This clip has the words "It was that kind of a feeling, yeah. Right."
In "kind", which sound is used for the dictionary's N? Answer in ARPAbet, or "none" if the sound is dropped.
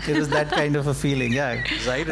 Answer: N